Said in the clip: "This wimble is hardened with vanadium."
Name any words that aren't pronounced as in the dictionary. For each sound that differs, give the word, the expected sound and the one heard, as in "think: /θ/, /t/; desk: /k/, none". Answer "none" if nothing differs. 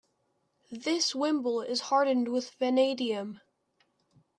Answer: none